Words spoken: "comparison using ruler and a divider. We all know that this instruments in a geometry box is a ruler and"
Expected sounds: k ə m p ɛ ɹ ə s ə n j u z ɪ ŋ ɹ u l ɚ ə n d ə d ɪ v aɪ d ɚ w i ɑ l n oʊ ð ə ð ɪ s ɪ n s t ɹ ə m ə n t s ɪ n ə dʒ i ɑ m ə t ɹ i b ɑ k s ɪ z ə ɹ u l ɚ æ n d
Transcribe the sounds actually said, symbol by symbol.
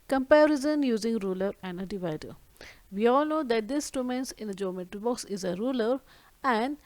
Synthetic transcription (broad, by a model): k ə m p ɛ ɹ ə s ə n j u z ɪ ŋ ɹ u l ɚ ə n d ə d ɪ v aɪ d ɚ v i ɑ l n oʊ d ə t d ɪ s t ə m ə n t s ɪ n ə dʒ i m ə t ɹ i b ɑ k s ɪ z ə ɹ u l ɚ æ n d